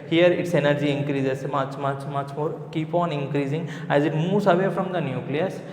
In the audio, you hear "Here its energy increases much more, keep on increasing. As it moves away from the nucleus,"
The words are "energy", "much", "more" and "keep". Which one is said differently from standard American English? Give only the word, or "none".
none